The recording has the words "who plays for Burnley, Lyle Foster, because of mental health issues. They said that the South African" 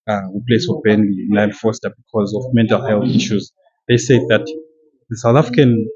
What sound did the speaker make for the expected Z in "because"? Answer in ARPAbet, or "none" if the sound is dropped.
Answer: Z